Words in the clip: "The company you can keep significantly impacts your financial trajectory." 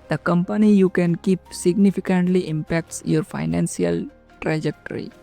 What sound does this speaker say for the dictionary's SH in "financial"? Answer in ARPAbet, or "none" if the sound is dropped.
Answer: S